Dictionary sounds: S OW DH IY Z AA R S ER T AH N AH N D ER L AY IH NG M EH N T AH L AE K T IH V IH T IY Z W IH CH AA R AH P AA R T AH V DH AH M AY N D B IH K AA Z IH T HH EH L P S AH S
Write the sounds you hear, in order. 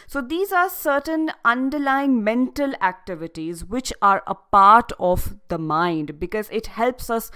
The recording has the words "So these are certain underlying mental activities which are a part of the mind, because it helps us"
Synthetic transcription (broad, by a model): S OW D IY Z AA R S ER T AH N AH N D ER L AY IH NG M EH N T AH L AE K T IH V IH T IY Z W IH CH AA R AH P AA R T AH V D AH M AY N D B IH K AA Z IH T HH EH L P S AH S